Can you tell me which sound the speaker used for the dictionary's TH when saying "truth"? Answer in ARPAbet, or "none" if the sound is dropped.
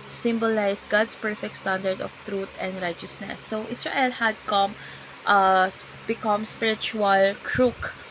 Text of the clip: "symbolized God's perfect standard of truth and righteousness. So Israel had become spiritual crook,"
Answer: T